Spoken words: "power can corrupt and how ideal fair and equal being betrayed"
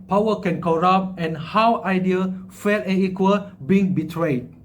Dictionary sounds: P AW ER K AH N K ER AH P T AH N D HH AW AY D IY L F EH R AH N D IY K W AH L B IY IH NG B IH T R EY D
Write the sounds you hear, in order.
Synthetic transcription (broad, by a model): P AW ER K AH N K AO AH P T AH N HH AW AY D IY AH F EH L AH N IY K W AH L B IY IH NG B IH T R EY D